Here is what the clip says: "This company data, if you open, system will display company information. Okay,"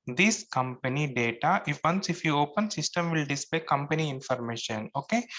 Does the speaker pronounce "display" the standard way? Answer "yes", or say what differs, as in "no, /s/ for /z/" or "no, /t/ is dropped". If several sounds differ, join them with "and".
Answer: no, /l/ is dropped